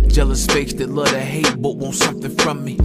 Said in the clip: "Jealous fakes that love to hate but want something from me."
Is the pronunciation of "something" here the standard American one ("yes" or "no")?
no